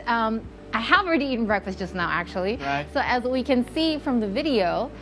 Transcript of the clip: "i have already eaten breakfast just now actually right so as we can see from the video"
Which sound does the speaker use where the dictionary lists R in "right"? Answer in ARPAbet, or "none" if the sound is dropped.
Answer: L